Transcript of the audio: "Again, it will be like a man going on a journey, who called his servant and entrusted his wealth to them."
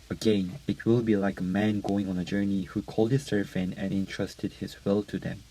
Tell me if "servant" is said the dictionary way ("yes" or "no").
no